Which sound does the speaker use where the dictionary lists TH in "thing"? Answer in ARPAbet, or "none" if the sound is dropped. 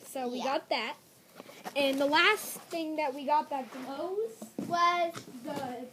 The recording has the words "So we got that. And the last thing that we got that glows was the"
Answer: TH